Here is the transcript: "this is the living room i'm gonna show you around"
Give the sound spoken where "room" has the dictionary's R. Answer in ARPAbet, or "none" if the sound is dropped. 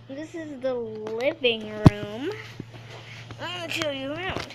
R